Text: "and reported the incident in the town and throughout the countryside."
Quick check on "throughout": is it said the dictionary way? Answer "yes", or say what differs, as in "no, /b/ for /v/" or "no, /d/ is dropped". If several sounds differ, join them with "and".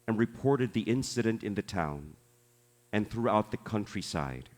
yes